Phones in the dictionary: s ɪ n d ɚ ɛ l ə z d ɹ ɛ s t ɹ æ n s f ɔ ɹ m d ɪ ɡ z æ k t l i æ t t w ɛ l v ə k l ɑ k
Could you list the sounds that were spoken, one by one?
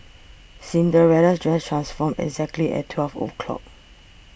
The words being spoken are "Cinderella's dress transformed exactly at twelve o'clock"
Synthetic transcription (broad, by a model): s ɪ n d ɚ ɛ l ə s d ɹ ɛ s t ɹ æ n s f ɔ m ɪ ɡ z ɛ k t l i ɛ t t w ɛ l f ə k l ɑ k